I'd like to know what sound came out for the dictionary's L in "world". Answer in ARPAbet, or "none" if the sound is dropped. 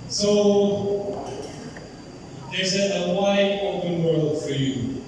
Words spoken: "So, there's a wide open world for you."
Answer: L